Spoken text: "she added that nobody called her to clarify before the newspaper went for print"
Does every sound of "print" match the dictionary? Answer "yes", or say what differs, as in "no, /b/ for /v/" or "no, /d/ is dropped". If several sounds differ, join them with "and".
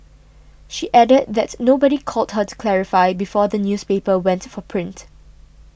yes